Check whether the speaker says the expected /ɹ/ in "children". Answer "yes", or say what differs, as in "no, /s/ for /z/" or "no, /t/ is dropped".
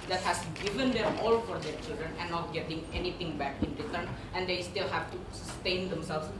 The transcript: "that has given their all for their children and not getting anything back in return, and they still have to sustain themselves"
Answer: yes